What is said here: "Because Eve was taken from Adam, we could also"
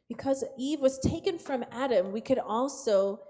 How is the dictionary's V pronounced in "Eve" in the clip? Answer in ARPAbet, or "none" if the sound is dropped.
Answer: V